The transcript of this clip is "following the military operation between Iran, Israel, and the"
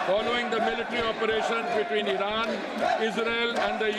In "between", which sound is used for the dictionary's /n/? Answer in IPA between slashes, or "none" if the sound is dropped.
/n/